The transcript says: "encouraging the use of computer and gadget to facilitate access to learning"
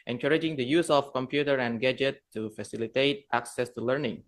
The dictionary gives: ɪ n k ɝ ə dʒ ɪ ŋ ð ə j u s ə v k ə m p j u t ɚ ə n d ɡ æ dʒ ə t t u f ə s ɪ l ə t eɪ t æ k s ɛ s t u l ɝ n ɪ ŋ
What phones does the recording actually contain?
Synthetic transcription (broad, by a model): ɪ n k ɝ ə dʒ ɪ ŋ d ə j u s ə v k ə m p j u t ɚ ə n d ɡ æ dʒ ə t t u f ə s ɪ l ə t eɪ t æ k s ɛ s t u l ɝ n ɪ ŋ